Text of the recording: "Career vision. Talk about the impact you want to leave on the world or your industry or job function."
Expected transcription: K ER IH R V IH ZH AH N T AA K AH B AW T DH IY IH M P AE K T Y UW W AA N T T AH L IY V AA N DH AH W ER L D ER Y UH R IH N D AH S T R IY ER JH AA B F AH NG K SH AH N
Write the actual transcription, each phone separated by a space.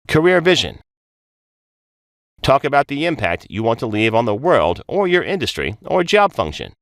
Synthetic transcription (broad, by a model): K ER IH R V IH ZH AH N T AA K AH B AW T DH IY IH M P AE K T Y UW W AA N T T AH L IY V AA N DH AH W ER L D ER Y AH R IH N D AH S T R IY ER JH AA B F AH NG K SH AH N